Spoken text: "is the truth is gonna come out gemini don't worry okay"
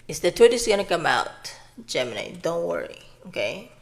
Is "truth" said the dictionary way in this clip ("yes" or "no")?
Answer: no